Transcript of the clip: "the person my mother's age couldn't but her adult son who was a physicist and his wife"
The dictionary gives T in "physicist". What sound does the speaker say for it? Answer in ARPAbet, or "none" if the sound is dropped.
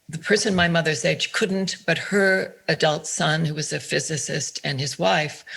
T